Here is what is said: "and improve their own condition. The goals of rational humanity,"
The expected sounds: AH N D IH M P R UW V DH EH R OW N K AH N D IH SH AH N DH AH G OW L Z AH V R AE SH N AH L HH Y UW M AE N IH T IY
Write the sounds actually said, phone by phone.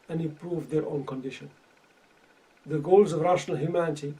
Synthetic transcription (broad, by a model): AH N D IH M P R UW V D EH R OW N K AH N D IH SH AH N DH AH G OW L Z AH V R AE SH N AH L HH Y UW M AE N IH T IY